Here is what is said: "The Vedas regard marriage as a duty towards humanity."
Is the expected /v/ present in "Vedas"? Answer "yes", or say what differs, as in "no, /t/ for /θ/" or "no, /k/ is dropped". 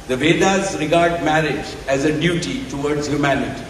yes